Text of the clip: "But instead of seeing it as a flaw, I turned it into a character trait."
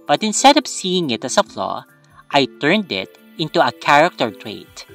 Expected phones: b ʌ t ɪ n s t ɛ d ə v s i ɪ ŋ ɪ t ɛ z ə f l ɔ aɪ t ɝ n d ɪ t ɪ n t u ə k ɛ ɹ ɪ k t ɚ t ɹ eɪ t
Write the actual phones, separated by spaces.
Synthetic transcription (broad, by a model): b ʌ t ɪ n s t ɛ d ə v s i ɪ ŋ ɪ t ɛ s ə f l ɔ aɪ t ɝ n d ɪ t ɪ n t u ə k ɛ ɹ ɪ k t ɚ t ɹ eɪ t